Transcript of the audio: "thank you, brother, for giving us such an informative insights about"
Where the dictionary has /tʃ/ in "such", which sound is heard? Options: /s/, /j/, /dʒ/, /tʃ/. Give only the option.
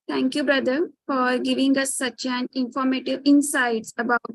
/tʃ/